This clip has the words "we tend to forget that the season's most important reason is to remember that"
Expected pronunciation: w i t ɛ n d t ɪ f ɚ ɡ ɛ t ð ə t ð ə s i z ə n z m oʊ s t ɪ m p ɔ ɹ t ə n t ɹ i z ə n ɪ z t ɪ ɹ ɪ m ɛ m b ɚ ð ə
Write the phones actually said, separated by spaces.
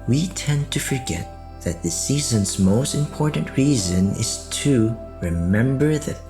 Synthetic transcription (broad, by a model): w i t ɛ n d t ɪ f ɚ ɡ ɛ t ð ə t ð ə s i z ə n z m oʊ s t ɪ m p ɔ ɹ t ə n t ɹ i z ə n ɪ z t ɪ ɹ ɪ m ɛ m b ɚ ð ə